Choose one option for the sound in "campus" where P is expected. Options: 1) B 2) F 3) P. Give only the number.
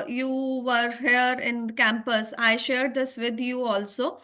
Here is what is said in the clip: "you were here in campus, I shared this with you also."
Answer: 3